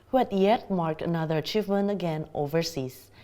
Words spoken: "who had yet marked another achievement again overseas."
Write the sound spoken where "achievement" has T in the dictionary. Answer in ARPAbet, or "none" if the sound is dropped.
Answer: none